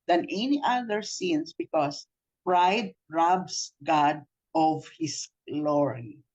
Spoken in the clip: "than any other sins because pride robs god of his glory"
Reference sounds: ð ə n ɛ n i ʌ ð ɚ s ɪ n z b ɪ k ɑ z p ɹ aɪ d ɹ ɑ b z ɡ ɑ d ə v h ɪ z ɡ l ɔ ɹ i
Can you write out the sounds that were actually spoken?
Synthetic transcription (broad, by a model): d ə n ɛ n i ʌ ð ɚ s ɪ n s b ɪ k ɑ s p ɹ aɪ d ɹ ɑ b s ɡ ɑ d ə v h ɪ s l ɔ ɹ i